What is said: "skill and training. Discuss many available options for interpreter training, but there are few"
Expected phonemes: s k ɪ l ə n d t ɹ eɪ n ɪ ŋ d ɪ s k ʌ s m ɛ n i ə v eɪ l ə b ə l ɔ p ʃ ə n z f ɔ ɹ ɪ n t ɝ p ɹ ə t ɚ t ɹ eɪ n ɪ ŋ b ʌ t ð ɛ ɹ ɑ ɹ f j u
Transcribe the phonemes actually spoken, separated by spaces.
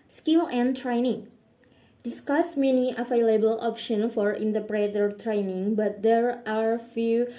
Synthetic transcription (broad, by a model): s k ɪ l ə n t ɹ eɪ n ɪ ŋ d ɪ s k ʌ s m ɛ n i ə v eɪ l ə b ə l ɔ p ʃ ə n f ɔ ɹ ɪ n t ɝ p ɹ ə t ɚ t ɹ eɪ n ɪ ŋ b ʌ t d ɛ ɹ ɑ ɹ f j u